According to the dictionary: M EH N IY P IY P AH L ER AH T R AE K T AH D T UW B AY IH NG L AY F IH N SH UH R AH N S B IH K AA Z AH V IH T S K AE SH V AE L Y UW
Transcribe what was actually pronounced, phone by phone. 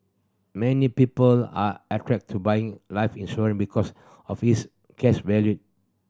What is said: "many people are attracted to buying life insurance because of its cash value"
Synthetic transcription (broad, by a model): M EH N IY P IY P AH L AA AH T R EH K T T UW B AY IH NG L AY F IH N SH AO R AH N B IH K AA S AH F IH S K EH S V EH L Y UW